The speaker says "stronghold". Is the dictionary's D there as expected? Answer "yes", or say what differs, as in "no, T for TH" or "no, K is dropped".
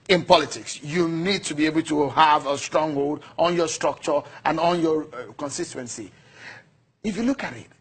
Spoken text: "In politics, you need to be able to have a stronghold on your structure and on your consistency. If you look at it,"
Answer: yes